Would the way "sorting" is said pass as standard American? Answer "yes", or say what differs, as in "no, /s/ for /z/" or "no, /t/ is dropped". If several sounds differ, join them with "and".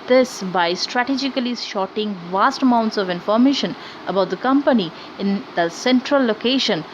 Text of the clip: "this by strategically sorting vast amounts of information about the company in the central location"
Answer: no, /ʃ/ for /s/